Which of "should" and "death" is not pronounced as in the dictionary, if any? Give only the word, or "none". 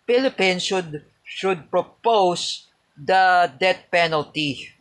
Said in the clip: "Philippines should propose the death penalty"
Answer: death